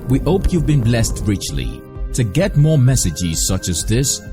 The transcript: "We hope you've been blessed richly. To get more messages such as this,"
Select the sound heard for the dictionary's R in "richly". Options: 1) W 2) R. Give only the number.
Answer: 2